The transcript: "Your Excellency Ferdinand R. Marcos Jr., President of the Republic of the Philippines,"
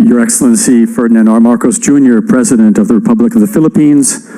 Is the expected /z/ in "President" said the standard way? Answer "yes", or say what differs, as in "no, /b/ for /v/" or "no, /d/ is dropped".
yes